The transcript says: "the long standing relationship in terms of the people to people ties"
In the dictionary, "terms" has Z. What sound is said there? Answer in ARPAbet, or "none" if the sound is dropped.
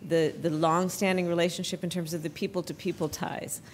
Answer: Z